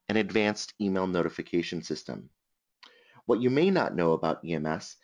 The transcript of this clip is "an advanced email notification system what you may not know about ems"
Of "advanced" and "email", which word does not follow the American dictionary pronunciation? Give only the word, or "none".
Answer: none